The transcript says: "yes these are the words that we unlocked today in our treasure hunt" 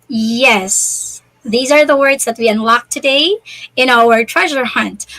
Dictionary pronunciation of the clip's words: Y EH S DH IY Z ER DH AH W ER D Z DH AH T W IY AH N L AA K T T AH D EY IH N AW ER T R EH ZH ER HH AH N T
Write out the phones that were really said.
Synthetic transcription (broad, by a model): Y EH S DH IY Z ER DH AH W ER D Z DH AH T W IY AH N L AA K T T AH D EY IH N AW ER T R EH ZH ER HH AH N T